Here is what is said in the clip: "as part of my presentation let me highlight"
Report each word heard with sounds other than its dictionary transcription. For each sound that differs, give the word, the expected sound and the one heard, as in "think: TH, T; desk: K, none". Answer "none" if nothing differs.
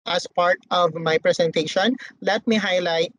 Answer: presentation: Z, S